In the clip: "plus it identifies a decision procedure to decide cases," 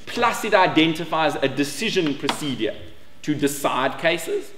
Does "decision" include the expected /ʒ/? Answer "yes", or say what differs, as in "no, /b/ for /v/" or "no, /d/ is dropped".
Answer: yes